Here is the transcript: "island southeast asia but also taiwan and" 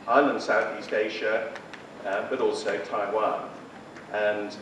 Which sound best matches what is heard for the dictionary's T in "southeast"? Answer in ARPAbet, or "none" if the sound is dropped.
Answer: T